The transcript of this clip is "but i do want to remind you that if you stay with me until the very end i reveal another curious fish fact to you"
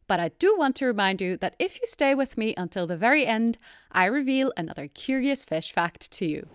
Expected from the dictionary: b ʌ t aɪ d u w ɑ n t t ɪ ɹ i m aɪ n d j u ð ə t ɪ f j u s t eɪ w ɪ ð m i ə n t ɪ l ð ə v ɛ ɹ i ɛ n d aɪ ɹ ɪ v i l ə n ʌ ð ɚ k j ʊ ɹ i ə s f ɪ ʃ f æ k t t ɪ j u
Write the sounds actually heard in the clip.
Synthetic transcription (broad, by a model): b ʌ t aɪ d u w ɑ n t t ɪ ɹ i m aɪ n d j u ð ə t ɪ f j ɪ s t eɪ w ɪ ð m i ə n t ɪ l ð ə v ɛ ɹ i ɛ n d aɪ ɹ ɪ v i l ə n ʌ ð ɚ k j ʊ ɹ i ə s f ɪ ʃ f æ k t t ɪ j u